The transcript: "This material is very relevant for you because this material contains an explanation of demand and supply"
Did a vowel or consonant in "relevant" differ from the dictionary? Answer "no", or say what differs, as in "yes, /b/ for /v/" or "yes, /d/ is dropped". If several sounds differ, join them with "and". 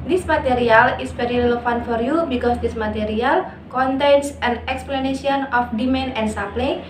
yes, /f/ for /v/